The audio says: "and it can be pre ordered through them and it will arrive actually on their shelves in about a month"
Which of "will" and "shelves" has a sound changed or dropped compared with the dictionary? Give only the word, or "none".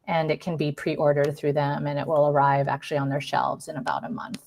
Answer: none